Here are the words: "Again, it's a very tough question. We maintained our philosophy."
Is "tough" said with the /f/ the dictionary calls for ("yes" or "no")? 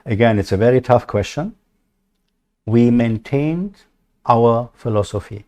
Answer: yes